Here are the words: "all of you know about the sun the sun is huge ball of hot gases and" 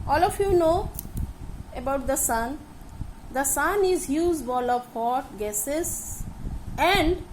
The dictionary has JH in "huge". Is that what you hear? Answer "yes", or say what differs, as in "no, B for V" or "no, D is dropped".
no, Z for JH